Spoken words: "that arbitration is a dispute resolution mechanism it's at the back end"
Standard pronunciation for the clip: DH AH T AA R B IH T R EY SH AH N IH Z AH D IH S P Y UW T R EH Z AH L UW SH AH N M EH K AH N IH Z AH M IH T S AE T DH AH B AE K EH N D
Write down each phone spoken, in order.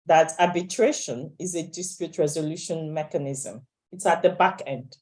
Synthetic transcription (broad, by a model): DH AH T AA B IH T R EY SH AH N IH Z AH D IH S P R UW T R EH Z AH L UW SH AH N M EH K AH N IH Z AH M IH T S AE T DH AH B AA K EH N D